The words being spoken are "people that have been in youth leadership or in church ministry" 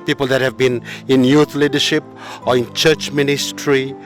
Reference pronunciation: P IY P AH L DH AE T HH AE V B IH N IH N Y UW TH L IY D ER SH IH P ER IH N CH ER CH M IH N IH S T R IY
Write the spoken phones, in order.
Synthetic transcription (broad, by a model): P IY P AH L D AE T HH AE V B IH N IH N Y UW T L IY D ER SH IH P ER IH N CH ER CH M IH N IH S T R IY